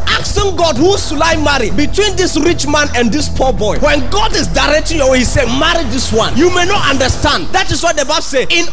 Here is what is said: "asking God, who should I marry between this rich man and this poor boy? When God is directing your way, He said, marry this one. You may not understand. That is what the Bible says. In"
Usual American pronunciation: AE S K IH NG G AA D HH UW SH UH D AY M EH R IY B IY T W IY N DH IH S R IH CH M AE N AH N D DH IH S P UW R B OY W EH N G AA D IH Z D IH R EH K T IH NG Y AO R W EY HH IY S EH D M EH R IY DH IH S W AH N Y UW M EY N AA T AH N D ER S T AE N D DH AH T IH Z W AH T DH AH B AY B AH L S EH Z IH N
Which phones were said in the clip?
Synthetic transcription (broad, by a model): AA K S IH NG G AA D HH UW S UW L AY M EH R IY B IY T W IY N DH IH S R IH CH M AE N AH N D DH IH S P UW B OY W EH N G AA D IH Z D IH R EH K T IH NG Y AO W EY HH IY S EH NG M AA R IY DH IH S W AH N Y UW M EY N AA T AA N D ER S T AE N D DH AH T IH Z W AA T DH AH B AY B S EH IH N